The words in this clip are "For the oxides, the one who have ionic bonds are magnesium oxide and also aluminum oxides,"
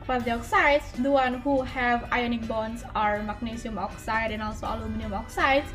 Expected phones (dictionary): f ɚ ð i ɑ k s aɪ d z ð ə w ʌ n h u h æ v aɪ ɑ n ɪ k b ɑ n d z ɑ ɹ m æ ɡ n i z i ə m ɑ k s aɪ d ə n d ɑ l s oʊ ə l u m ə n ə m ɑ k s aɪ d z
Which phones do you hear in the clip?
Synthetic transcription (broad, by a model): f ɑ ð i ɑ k s aɪ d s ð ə w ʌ n h u h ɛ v aɪ ɑ n ɪ k b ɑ n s ɑ ɹ m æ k n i s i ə m ɑ k s aɪ d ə n ɑ l s oʊ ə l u m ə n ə m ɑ k s aɪ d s